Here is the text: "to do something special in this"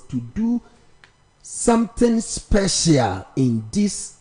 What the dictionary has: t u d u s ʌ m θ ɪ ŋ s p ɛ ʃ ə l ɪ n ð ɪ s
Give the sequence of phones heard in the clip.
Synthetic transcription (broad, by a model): t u d u s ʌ m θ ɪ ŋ s p ɛ ʃ ə l ɪ n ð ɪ s